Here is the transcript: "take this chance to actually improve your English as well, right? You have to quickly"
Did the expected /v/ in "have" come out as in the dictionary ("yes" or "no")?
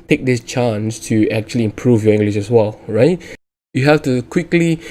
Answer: no